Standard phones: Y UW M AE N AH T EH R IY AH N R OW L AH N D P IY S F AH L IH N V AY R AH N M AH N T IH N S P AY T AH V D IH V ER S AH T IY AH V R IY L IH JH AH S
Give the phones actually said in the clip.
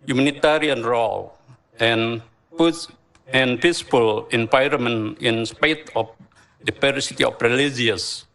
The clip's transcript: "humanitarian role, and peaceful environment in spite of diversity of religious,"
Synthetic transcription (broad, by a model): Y UW M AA N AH T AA R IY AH N R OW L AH N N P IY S P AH L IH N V AY R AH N M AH N IH N S P AY T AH F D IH P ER S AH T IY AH F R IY L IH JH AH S